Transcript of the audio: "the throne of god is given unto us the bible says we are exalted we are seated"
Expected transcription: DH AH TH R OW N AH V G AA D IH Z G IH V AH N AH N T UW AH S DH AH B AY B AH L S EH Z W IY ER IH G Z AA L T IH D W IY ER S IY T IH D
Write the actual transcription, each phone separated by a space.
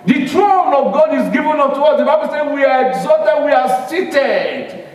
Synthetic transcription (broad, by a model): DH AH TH R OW N AH V G AA D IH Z G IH V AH N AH T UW AH S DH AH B AY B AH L S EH W IY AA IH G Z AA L T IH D W IY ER S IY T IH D